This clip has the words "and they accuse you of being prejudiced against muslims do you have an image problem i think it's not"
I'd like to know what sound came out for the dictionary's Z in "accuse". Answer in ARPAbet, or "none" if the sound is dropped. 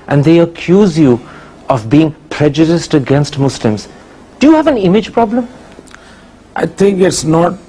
Z